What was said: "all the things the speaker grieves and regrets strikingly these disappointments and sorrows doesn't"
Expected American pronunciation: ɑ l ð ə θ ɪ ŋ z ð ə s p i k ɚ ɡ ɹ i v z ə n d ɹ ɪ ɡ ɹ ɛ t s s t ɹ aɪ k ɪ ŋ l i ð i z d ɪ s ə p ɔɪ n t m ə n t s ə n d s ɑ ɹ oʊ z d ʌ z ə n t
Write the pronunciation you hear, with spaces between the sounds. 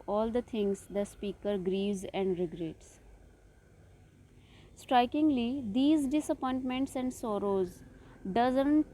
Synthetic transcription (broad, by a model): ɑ l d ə t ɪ ŋ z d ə s p i k ɚ ɡ ɹ i v z ə n d ɹ ɪ ɡ ɹ ɛ t s s t ɹ aɪ k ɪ ŋ l i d i z d ɪ s ə p ɔɪ n t m ə n t s ə n d s ɑ ɹ oʊ z d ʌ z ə n t